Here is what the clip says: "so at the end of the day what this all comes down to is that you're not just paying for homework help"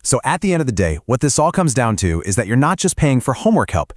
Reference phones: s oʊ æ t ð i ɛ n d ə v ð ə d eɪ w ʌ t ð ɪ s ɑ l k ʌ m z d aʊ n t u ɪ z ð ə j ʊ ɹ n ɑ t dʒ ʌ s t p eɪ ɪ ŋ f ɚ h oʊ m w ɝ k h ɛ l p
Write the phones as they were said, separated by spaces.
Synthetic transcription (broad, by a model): s oʊ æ t ð i ɛ n d ə v ð ə d eɪ w ʌ t ð ɪ s ɑ l k ʌ m z d aʊ n t u ɪ z ð ə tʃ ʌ ɹ n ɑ t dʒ ʌ s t p eɪ ɪ ŋ f ɚ h oʊ m w ɝ k h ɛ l p